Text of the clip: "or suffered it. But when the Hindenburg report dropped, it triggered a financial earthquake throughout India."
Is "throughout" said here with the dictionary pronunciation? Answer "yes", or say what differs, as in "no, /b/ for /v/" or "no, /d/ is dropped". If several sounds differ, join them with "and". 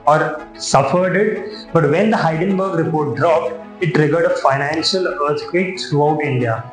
no, /t/ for /θ/